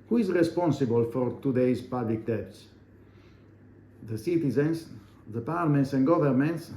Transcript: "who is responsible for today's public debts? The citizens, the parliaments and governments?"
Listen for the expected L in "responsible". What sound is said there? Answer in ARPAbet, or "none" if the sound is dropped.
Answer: L